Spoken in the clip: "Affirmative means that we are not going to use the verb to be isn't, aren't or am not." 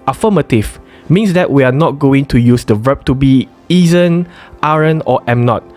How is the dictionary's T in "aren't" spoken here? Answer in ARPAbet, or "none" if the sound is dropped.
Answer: none